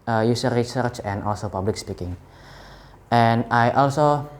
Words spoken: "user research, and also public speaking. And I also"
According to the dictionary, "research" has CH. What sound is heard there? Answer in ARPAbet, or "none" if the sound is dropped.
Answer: CH